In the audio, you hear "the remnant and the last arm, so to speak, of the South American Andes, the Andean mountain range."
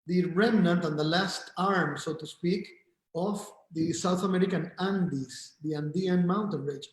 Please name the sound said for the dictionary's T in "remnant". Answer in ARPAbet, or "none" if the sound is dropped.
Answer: T